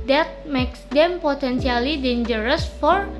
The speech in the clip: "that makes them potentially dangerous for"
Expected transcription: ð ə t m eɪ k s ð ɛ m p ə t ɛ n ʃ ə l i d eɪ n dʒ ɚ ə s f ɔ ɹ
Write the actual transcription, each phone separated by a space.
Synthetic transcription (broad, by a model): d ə t m eɪ k s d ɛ m p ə t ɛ n s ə l i d eɪ n dʒ ɚ ə s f ɔ ɹ